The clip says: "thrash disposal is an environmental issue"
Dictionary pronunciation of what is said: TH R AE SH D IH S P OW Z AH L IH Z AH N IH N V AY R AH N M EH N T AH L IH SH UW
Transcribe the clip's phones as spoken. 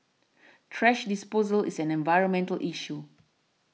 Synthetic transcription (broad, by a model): T R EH SH D IH S P OW Z AH L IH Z AH N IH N V AY R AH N M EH N T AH L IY SH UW